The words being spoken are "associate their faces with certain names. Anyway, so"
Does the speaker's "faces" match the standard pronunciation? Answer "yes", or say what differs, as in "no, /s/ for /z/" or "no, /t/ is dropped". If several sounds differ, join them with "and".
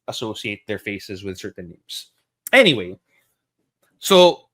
yes